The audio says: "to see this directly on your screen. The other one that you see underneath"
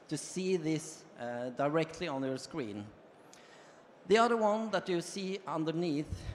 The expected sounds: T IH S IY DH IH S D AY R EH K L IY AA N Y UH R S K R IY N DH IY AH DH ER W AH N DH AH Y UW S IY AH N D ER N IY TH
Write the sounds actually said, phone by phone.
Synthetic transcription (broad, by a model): T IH S IY DH IH S D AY R EH K L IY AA N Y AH R S K R IY N DH IY AH DH ER W AH N DH AH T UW S IY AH N D ER N IY TH